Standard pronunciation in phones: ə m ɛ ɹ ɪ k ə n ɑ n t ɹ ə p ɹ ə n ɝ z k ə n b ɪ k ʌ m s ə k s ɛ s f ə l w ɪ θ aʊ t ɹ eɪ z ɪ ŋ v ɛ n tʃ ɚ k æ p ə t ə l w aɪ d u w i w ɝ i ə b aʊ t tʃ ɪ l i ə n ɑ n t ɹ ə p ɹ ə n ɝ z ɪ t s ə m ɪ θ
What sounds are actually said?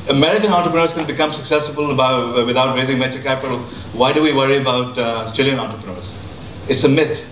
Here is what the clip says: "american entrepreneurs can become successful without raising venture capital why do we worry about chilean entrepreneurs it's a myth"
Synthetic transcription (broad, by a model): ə m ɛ ɹ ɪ k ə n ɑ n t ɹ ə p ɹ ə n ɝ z k ə n b ɪ k ʌ m s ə k s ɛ s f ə l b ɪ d aʊ t ɹ eɪ z ɪ ŋ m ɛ tʃ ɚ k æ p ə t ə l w aɪ d u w i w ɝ i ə b aʊ t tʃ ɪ l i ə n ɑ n t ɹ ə p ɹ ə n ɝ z ɪ t s ə m ɪ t